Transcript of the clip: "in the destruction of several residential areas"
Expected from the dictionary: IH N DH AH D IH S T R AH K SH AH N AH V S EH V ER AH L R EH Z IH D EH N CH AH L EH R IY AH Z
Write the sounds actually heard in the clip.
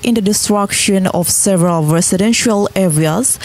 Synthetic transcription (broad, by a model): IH N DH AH D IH S T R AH K SH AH N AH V S EH V ER AH L R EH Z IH D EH N SH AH L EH R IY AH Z